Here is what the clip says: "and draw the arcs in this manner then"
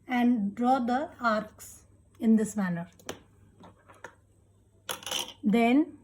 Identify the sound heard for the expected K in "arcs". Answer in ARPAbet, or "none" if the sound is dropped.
K